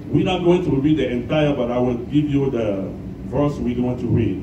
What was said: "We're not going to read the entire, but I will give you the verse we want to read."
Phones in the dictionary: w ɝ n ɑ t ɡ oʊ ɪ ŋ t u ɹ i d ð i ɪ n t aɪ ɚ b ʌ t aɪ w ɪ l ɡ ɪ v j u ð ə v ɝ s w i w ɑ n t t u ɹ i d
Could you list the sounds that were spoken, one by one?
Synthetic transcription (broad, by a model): w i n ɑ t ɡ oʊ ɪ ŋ t u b i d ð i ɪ n t aɪ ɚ b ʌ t aɪ w ɪ l ɡ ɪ v j u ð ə v ɝ s w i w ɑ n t t u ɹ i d